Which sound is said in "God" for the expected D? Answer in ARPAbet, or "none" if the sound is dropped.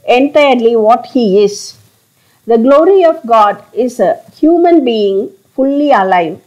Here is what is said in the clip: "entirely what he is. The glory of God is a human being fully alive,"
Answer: D